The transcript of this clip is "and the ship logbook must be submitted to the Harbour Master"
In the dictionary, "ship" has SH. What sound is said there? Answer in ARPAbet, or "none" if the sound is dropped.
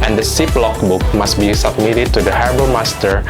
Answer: S